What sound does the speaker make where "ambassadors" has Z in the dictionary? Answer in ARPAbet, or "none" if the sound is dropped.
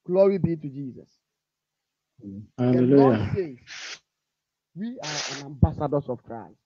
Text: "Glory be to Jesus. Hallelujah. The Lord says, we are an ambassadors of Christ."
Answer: S